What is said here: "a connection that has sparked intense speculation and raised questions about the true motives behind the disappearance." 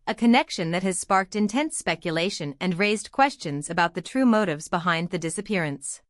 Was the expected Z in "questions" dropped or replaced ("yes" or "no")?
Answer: no